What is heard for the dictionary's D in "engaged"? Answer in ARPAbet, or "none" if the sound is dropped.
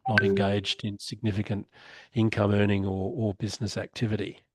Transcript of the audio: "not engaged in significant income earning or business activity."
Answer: D